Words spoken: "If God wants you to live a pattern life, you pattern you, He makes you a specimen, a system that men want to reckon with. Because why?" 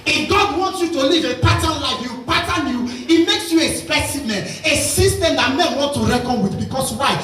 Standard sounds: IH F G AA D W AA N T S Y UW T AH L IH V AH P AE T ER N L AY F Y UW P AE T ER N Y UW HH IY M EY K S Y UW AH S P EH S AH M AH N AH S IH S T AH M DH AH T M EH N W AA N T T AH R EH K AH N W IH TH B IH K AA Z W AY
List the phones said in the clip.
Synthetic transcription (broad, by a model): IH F G AA D W AA N T S Y UW T AH L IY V AH P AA T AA N L AY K Y UW P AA T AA N Y UW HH IY M EY K S Y UW AH S P EH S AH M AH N AH S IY S T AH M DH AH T M EH N W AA N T T AH R EH K AH N W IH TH B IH K AA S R AY